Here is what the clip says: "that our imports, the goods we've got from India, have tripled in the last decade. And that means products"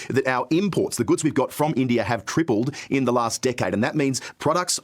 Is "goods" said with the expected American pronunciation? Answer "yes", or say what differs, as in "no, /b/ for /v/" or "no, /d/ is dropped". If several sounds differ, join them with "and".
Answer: yes